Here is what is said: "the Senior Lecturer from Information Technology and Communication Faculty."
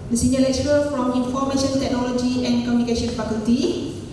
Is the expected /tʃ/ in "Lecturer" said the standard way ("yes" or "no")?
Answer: no